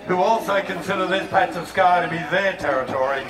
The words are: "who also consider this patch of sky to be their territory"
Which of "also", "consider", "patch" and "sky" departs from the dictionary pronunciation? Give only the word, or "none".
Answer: patch